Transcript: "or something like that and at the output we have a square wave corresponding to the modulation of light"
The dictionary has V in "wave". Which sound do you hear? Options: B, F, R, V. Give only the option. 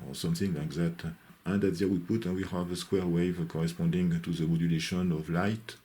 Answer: V